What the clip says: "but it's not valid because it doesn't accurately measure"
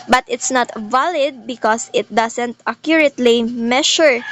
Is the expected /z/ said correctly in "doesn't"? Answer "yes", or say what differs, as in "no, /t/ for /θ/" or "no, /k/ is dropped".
no, /s/ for /z/